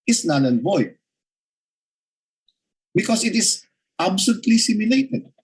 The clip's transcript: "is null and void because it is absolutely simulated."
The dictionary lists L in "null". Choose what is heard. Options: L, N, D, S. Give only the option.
N